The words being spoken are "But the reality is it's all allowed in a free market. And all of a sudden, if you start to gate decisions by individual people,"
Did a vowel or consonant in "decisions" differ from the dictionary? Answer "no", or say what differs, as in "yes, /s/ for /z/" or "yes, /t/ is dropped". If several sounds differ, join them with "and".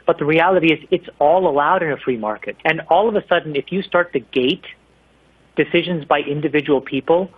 no